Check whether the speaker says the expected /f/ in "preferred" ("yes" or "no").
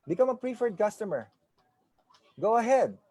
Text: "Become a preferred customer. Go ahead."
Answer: yes